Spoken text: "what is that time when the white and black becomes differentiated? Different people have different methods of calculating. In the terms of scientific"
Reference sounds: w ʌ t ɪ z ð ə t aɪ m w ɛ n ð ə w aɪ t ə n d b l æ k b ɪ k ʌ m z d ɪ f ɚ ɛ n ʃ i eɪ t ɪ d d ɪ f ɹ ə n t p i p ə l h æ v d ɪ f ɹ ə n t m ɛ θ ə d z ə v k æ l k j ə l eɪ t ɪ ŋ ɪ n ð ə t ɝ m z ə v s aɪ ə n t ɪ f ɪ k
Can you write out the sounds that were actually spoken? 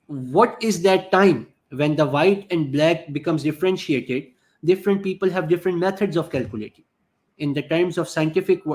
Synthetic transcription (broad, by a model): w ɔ t ɪ z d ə t aɪ m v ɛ n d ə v aɪ t ə n d b l æ k b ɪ k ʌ m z d ɪ f ɚ ɛ n ʃ i eɪ t ɪ d d ɪ f ɹ ə n t p i p ə l h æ v d ɪ f ɹ ə n t m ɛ t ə d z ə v k æ l k j ə l eɪ t ɪ ŋ ɪ n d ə t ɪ m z ə v s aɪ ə n t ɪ f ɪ k